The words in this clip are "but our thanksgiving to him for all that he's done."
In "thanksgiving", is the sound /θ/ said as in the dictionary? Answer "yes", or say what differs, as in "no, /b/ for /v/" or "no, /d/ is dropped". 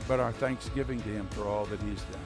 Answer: yes